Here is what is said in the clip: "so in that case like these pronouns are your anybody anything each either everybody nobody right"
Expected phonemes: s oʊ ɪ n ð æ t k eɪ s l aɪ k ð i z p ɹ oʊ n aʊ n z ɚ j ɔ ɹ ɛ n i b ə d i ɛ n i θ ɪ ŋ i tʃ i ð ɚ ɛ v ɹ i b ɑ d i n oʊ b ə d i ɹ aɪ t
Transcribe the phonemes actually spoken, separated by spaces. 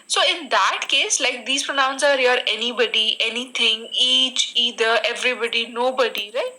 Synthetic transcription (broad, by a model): s oʊ ɪ n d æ t k eɪ s l aɪ k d i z p ɹ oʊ n aʊ n s ɚ j ɔ ɹ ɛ n i b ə d i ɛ n i t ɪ ŋ i tʃ i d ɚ ɛ v ɹ i b ɑ d i n oʊ b ə d i ɹ aɪ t